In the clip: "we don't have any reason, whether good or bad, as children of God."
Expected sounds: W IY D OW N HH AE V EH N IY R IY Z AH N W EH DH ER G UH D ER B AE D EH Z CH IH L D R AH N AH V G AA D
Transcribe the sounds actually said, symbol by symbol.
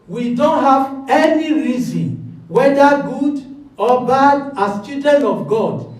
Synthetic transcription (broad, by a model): W IY D OW N HH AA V EH N IY R IY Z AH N W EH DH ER G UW D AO B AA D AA S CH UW D AH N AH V G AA D